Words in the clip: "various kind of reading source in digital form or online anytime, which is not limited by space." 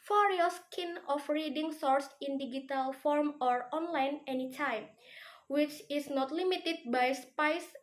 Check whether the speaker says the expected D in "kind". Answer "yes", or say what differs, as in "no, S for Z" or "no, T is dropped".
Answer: no, D is dropped